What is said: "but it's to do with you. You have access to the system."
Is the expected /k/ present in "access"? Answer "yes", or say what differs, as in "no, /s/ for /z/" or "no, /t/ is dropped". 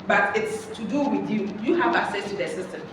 no, /k/ is dropped